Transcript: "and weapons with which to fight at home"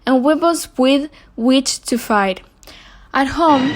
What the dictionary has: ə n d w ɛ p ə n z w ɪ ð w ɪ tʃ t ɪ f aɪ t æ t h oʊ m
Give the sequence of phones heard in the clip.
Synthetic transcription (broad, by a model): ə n w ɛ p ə l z w ɪ ð w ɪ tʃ t ɪ f aɪ t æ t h oʊ m